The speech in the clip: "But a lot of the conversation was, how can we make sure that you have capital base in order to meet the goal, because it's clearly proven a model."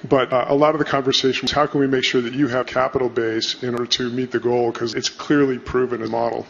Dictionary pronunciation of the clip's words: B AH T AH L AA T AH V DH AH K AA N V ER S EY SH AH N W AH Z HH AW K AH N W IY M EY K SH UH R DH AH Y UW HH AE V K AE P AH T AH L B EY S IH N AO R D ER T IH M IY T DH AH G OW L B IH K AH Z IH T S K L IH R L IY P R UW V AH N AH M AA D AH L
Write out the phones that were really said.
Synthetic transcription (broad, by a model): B AH T AH L AA T AH V DH AH K AA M V ER S EY SH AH N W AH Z HH AW K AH N W IY M EY K SH UH R DH AH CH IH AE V K AE P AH T L B EY S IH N AO R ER T IH M IY T DH AH G OW L K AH Z IH T S K L IH R L IY P R UW V AH N AH M AA D L